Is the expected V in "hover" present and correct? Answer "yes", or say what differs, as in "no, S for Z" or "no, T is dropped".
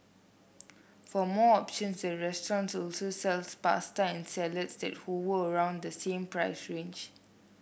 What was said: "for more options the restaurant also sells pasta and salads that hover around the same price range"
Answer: no, W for V